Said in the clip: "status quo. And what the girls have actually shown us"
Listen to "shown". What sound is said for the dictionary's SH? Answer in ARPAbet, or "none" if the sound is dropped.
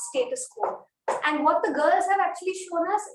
SH